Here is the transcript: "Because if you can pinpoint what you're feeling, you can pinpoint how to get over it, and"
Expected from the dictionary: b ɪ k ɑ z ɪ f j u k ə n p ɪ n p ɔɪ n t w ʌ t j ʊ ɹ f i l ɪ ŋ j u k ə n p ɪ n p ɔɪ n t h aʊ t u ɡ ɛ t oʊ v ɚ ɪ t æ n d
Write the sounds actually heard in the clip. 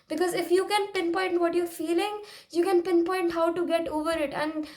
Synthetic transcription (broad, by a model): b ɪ k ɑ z ɪ f j u k ə n p ɪ n p ɔɪ n t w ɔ t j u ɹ f i l ɪ ŋ j u k ə n p ɪ n p ɔɪ n t h aʊ t u ɡ ɛ t oʊ v ɚ ɪ t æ n d